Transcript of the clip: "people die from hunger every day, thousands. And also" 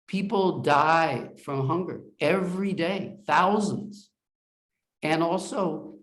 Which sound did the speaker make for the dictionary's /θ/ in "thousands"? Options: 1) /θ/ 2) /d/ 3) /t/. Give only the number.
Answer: 1